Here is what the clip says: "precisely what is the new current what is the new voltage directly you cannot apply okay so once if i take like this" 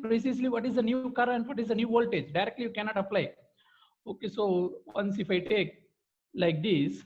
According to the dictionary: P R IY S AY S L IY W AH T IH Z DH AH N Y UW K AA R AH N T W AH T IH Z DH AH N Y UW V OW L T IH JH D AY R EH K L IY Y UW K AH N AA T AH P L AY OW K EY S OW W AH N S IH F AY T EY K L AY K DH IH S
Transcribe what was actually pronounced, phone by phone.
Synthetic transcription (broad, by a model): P R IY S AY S L IY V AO T IH Z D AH N Y UW K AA R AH N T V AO T IH Z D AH N Y UW V OW L T IH JH D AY R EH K L IY Y UW K AH N AA T AH P L AY OW K EY S OW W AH N S IH F AY T EY K L AY K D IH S